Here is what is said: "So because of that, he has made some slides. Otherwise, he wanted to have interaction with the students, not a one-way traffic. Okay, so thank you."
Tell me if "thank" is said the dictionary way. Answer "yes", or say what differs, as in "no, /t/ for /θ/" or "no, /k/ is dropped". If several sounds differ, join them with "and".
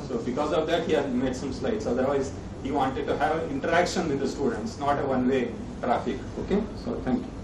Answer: no, /t/ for /θ/